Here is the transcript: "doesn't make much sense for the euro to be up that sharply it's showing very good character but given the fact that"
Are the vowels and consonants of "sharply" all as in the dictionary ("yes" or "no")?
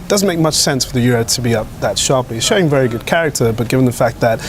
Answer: yes